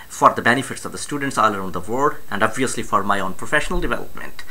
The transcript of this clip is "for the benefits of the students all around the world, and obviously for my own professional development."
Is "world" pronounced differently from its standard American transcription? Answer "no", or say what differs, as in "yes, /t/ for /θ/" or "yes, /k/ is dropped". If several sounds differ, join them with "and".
yes, /l/ is dropped